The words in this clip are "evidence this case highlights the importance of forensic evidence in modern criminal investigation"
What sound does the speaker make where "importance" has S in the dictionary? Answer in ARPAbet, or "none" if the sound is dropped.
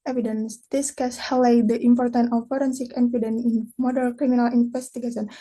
none